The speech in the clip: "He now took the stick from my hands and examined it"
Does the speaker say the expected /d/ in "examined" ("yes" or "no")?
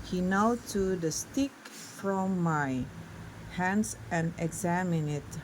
no